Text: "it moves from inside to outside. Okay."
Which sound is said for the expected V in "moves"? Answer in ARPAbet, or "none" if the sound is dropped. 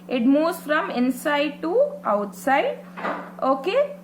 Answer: none